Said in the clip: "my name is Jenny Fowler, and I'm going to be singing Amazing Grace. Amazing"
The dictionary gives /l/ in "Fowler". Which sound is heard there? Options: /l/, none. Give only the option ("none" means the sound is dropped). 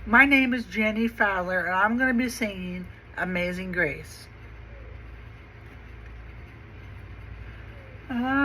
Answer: /l/